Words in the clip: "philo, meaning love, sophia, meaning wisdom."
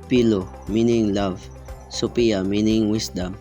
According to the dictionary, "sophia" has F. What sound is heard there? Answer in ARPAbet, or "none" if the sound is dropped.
P